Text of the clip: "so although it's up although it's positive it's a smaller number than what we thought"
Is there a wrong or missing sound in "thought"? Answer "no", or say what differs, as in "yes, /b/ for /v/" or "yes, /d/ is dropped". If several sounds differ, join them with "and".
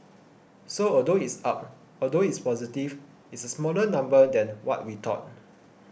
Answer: yes, /t/ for /θ/